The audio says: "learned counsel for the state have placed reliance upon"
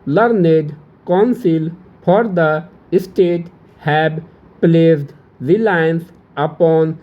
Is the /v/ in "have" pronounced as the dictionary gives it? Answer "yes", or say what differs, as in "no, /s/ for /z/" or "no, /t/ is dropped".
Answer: no, /b/ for /v/